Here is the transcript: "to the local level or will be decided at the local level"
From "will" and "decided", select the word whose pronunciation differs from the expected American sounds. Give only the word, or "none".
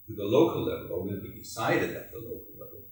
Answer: will